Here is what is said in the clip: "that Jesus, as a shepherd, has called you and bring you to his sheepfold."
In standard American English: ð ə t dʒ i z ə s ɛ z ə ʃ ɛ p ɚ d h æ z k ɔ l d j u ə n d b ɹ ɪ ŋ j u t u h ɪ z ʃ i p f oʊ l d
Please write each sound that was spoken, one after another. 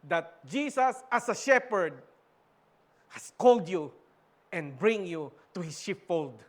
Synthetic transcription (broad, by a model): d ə t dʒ i s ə s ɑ s ə ʃ ɛ p ɚ d h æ s k ɔ l d j u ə n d b ɹ ɪ ŋ j u t u h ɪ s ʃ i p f oʊ l d